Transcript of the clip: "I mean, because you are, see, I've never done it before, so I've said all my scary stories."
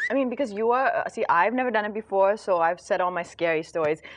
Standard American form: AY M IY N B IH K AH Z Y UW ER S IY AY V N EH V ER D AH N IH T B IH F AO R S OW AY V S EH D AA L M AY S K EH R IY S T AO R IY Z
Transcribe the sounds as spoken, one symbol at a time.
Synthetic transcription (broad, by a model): AY M IY N B IH K AH Z Y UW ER S IY AY V N EH V ER D AH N IH T B IH F AO R S OW AY V S EH D AA L M AY S K EH R IY S T AO R IY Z